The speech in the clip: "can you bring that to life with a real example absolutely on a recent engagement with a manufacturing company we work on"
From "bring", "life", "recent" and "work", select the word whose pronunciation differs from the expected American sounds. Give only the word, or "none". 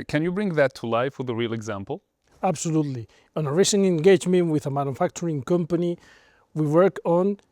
recent